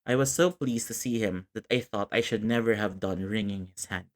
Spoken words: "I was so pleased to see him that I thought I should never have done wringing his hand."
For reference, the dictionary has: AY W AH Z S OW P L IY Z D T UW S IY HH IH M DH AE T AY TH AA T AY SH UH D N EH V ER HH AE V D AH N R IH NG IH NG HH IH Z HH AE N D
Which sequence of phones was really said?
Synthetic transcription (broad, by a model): AY W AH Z S OW P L IY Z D T UW S IY HH IH M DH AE T AY TH AA T AY SH UH D N EH V ER HH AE V D AH N R IH NG IH NG HH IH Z HH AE N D